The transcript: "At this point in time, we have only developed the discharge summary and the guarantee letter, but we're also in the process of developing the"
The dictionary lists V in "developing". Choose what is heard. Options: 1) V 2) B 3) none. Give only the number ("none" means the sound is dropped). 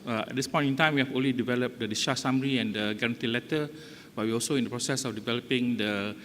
1